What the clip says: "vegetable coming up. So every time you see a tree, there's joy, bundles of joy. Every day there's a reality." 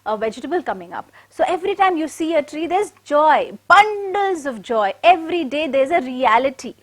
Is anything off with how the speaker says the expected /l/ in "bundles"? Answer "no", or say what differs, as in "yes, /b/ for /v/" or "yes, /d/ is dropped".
no